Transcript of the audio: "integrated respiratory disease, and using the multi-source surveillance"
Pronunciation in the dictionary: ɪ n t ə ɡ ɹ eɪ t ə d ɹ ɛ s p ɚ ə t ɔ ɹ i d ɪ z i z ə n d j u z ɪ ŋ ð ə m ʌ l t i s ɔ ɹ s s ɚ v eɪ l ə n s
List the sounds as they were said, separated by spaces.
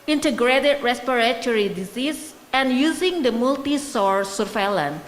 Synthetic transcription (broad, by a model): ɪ n t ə ɡ ɹ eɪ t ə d ɹ ɛ s p ɚ ə t ɔ ɹ i d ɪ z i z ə n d j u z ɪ ŋ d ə m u l t i s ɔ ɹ s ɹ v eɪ l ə n